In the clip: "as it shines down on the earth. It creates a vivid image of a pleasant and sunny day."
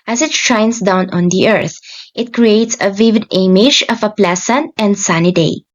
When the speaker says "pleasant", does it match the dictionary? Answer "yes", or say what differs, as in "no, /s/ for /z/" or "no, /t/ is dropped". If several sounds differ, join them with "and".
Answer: no, /s/ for /z/